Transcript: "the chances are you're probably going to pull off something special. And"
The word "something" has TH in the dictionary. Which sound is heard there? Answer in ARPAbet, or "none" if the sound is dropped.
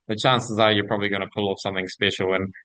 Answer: TH